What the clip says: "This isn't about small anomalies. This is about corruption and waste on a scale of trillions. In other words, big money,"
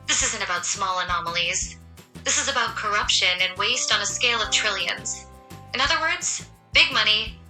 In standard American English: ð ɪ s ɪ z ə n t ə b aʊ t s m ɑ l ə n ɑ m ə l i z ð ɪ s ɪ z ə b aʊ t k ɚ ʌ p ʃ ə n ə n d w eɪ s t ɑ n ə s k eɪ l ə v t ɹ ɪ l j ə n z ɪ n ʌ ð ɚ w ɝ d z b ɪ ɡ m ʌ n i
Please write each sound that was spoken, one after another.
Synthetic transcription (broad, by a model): ð ɪ s ɪ z ə n t ə b aʊ t s m ɑ l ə n ɑ m l i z ð ɪ s ɪ z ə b aʊ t k ɚ ʌ p ʃ ə n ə n w eɪ s t n ə s k eɪ l ə v t ɹ ɪ l j ə n z ɪ n ʌ ð ɚ w ɝ d z b ɪ ɡ m ʌ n i